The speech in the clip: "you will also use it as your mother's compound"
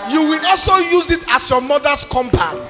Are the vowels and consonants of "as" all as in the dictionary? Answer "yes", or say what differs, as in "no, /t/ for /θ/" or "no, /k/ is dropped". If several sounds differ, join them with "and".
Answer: no, /s/ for /z/